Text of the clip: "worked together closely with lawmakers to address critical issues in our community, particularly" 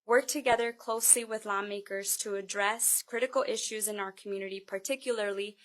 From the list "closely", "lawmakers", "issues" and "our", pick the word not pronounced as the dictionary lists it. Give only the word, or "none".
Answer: none